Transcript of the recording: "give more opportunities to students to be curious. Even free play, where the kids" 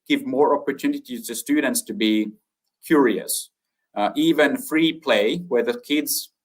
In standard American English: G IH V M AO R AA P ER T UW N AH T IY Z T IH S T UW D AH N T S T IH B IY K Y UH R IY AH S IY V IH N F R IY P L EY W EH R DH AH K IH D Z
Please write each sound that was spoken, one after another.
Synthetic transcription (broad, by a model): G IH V M AO R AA P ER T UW N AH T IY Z T IH S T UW D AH N T S T IH B IY K Y UH R IY AH S IY V IH N F R IY P L EY W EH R DH AH K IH D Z